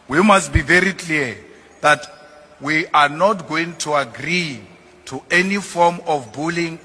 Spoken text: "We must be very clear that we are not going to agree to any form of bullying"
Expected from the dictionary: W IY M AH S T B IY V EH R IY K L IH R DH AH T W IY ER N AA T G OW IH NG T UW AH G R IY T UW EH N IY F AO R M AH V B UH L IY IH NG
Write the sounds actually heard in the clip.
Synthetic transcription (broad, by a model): W IY M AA S T B IY V EH R IY K L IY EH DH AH T W IY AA N AA T G OW IH NG T UW AH G R IY T UW EH N IY F AO M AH F B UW L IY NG